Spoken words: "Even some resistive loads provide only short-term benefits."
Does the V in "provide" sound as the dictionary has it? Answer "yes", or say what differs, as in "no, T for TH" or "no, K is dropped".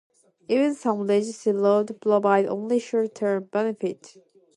no, B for V